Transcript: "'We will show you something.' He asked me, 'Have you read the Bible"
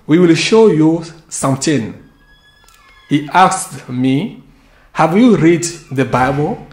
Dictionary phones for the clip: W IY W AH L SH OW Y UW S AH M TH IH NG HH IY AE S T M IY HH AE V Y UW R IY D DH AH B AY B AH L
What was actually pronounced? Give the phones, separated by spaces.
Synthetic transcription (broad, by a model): W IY W AH L SH OW Y UW S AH M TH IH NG HH IY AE S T M IY HH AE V Y UW R IY D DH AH B AY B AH L